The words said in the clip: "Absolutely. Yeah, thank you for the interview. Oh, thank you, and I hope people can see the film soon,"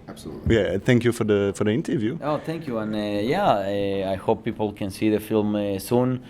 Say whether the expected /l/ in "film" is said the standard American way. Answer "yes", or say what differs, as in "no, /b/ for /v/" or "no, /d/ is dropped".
yes